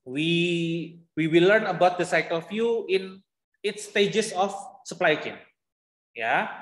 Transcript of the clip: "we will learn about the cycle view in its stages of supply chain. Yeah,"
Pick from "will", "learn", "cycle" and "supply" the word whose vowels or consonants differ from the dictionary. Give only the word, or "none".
will